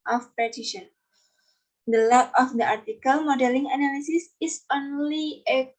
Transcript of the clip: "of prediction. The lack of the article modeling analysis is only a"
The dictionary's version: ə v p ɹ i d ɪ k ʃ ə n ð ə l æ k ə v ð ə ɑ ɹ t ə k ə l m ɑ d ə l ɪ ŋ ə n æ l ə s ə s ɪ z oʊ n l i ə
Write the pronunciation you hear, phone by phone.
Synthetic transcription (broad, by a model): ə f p i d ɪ ʃ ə n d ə l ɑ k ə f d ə ɑ ɹ t ə k ə l m ɑ d ə l ɪ ŋ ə n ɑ l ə s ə s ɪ s oʊ n l i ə